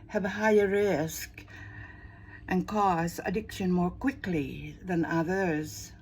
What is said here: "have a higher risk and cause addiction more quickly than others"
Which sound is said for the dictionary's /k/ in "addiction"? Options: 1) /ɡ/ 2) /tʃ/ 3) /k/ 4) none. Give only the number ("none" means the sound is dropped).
3